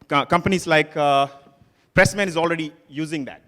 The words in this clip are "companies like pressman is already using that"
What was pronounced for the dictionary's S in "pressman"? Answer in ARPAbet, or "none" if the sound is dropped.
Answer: S